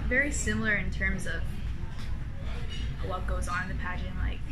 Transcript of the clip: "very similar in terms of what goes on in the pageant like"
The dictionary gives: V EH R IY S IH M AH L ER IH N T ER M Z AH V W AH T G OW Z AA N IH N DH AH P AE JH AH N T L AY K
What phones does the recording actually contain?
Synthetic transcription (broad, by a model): V EH R IY S IH M L ER IH N T ER M Z AH V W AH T G OW Z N IH N DH AH P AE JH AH N L AY K